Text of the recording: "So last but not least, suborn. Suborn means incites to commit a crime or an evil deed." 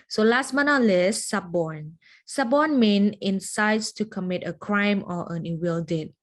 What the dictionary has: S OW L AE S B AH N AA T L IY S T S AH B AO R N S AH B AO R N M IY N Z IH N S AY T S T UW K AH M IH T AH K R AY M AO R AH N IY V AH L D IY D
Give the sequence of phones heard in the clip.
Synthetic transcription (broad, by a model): S OW L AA S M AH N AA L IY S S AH B AO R N S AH B AO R N M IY N IH N S AY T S T UW K AH M IH T AH K R AY M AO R AH N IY W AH L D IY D